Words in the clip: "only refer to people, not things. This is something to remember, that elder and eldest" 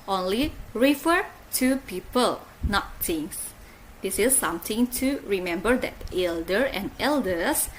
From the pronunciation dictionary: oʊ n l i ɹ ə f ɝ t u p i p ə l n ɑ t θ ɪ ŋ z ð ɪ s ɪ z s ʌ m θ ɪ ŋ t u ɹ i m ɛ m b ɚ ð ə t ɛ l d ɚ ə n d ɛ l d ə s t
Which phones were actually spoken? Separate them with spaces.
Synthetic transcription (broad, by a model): oʊ n l i ɹ ə f ɝ t u p i p ə l n ɑ t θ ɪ ŋ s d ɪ s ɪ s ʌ m t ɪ ŋ t u ɹ i m ɛ m b ɚ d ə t ɛ l d ɚ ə n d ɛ l d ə s